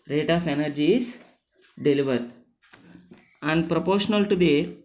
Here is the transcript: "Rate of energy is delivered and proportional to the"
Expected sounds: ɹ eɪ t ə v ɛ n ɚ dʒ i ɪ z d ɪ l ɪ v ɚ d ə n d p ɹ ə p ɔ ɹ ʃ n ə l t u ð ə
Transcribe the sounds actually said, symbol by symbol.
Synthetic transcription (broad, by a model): ɹ eɪ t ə f ɛ n ɚ dʒ i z d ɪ l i v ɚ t ə n d p ɹ ə p ɔ ɹ ʃ n ə l t u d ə